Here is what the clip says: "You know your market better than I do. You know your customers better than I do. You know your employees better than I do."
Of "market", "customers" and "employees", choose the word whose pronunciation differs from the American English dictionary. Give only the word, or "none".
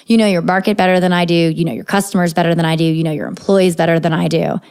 none